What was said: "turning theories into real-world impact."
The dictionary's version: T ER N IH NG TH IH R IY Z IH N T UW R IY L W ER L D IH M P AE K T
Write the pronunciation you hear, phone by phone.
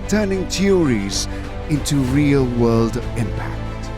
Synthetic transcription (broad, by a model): T ER N IH NG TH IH R IY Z IH N T UW R IY L W ER L D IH M P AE K T